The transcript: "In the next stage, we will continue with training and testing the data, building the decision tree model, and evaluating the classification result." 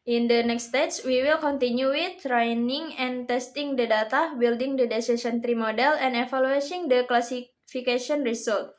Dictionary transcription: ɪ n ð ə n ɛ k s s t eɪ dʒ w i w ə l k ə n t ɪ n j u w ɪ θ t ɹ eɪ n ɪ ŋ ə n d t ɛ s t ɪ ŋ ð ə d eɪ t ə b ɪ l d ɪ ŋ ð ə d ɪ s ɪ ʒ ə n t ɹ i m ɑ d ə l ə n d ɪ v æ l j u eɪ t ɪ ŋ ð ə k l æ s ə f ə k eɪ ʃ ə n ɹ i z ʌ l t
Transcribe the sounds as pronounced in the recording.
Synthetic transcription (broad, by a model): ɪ n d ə n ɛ k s s t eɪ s w i w ə l k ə n t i n j u w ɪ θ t ɹ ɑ n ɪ ŋ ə n t ɛ s t ɪ ŋ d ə d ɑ t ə b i l d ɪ ŋ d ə d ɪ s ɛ s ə n t ɹ i m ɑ d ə l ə n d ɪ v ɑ l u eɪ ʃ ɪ ŋ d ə k l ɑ s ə f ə k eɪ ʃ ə n ɹ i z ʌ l t